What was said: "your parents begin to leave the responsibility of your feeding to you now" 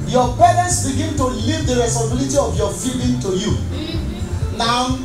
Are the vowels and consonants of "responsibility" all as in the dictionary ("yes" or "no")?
no